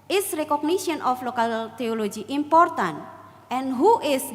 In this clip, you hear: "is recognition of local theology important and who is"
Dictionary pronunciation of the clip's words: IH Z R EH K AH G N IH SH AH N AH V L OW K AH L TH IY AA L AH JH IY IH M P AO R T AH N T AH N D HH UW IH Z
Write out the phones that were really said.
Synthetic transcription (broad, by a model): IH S R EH K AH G N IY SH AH N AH F L OW K AH L T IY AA L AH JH IY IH M P AO R T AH N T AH N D HH UW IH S